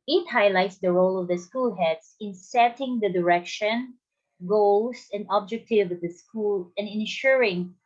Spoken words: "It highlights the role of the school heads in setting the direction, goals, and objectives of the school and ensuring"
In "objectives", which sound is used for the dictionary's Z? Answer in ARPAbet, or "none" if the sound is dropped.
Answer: none